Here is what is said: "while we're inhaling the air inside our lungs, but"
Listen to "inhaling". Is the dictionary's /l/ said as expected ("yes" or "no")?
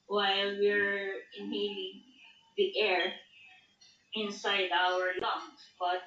no